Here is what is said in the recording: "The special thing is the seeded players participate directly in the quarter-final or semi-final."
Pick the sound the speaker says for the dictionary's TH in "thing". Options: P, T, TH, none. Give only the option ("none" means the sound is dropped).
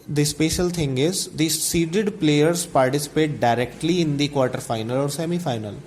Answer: T